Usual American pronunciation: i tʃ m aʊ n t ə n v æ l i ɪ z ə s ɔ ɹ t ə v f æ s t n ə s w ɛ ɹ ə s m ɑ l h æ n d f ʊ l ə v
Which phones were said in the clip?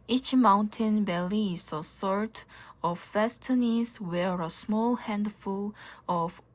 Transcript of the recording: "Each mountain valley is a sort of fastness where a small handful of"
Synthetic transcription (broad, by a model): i tʃ m aʊ n t ə n b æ l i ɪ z ə s ɔ ɹ t ə v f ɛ s t n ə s w ɛ ɹ ə s m ɑ l h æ n d f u l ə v